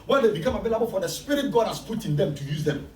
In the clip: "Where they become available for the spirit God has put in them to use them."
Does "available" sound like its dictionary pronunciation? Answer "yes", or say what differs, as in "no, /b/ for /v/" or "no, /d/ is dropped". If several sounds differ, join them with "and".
no, /b/ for /v/